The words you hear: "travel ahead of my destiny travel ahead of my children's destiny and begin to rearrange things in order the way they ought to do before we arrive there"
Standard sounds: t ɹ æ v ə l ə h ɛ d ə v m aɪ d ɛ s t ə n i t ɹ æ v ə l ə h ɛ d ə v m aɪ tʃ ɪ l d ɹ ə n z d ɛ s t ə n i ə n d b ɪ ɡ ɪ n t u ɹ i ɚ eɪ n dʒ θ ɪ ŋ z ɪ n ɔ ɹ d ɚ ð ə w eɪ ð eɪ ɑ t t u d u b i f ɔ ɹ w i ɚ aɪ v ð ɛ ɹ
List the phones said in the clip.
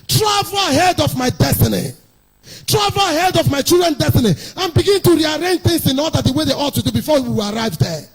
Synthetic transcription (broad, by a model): t ɹ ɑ v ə l ə h ɛ d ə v m aɪ d ɛ s t ə n i t ɹ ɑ v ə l ə h ɛ d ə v m aɪ tʃ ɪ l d ɹ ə n d ɛ s t ə n i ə n b ɪ ɡ ɪ n t u ɹ i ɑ eɪ n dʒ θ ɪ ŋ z ɪ n ɔ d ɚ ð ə w eɪ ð eɪ ɑ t t u d u b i f ɔ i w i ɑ aɪ v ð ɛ